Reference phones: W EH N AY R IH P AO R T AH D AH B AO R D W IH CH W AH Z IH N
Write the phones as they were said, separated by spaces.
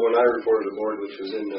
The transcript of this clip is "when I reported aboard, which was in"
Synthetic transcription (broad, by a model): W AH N AY R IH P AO R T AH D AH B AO R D W IH CH W AH Z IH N